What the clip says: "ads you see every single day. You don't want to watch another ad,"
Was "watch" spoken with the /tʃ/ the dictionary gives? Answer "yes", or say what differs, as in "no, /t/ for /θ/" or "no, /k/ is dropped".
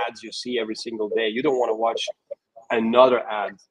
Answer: yes